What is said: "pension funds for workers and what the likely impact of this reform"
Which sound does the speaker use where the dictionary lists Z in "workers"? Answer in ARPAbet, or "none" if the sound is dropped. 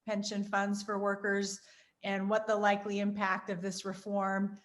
Z